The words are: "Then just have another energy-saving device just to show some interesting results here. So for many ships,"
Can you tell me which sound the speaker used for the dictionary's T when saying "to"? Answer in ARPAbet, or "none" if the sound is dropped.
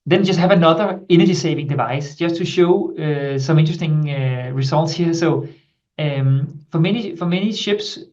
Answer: T